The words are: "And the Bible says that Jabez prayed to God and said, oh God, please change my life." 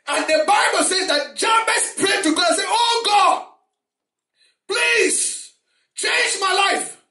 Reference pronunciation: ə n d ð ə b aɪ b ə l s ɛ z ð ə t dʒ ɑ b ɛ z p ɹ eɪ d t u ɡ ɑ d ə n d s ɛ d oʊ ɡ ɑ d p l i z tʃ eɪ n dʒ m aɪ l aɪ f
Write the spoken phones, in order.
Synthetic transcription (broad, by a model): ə n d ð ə b aɪ b ə l s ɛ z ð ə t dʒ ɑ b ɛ s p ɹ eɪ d t u ɡ ɑ d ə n s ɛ oʊ ɡ ɑ d p l i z tʃ eɪ n dʒ m aɪ l aɪ f